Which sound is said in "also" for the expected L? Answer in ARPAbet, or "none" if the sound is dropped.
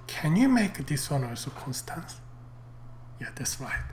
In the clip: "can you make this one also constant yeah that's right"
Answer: none